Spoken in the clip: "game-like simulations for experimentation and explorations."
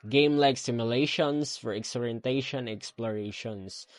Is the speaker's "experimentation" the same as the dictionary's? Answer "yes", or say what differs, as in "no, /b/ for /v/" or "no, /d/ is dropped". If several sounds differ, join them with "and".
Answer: no, /p/ is dropped and /m/ is dropped and /ʃ/ is dropped